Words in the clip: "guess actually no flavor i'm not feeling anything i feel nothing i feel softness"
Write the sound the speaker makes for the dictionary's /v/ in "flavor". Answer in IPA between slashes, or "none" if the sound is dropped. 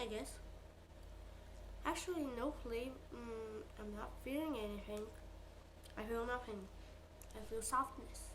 none